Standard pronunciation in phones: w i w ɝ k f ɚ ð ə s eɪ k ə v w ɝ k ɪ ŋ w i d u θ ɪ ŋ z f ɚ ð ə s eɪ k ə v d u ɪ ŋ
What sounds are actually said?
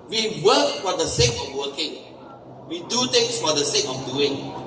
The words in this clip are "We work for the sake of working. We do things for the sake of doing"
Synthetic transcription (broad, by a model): w i w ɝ k f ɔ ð ə s eɪ k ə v w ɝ k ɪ ŋ w i d u t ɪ ŋ s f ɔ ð ə s eɪ k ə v d u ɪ ŋ